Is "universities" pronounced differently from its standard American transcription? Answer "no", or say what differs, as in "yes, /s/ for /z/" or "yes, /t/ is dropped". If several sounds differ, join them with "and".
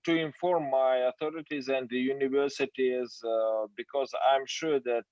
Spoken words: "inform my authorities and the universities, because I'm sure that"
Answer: no